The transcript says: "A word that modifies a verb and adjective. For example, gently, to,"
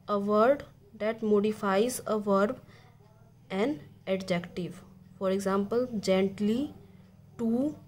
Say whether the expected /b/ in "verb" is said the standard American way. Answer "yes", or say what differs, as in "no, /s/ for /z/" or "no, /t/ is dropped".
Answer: yes